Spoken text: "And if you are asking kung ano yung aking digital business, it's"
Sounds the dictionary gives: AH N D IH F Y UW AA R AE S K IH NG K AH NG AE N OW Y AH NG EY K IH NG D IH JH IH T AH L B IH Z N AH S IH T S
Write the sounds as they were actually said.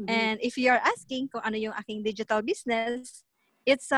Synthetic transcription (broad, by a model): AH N D IH F Y UW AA R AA S K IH NG K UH NG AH N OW Y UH NG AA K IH NG D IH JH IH T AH L B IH S N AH S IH T S